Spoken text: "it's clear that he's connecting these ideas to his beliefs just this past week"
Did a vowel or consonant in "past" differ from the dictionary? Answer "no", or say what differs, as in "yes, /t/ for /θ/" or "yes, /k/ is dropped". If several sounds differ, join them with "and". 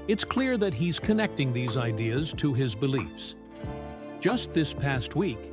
no